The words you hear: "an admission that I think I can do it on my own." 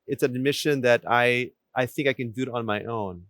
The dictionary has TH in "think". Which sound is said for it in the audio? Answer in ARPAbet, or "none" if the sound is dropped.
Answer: TH